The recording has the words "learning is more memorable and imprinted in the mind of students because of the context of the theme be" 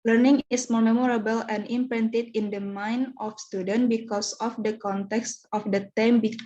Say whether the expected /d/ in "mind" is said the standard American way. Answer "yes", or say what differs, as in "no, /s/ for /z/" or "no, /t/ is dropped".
no, /d/ is dropped